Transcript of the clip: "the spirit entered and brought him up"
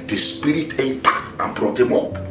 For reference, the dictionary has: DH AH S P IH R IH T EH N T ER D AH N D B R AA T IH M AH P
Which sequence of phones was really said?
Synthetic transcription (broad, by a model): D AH S P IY R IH T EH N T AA AH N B R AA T IH M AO P